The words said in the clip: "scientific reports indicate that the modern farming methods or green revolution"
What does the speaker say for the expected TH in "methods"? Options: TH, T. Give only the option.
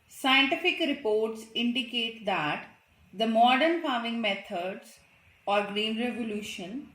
T